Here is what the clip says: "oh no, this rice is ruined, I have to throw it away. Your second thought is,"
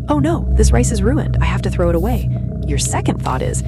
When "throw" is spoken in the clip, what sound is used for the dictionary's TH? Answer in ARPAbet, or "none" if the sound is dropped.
TH